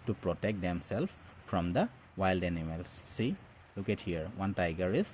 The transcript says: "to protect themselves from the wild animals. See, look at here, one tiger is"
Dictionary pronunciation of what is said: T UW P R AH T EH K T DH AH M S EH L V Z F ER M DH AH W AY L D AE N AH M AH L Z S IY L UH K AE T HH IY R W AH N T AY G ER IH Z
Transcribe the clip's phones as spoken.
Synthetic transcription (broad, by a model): T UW P R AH T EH K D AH M S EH L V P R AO M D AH W AY L D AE N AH M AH L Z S IY L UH K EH T HH IY R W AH N T AY G ER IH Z